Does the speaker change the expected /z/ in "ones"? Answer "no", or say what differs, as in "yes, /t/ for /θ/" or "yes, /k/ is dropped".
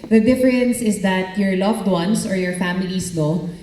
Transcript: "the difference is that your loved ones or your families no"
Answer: yes, /s/ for /z/